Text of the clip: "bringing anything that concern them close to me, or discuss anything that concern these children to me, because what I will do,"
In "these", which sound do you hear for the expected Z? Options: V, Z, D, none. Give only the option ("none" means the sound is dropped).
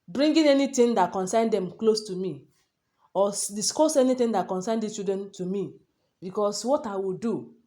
none